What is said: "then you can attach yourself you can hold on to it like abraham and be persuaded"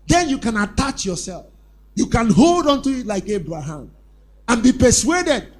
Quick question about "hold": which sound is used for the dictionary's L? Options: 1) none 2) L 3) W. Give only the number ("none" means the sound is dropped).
2